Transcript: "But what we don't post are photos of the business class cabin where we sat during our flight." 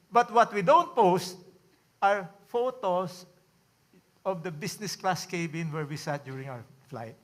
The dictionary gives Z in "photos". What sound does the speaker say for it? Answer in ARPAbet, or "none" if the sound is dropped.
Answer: S